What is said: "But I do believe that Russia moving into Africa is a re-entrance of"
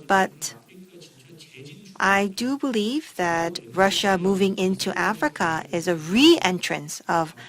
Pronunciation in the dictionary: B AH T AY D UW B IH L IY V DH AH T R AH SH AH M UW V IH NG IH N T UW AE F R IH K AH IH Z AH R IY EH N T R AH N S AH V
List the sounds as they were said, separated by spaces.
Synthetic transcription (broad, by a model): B AH T AY D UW B IH L IY V DH AH T R AH SH AH M UW V IH NG IH N T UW AE F R IH K AH IH Z AH R IY EH N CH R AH N S AH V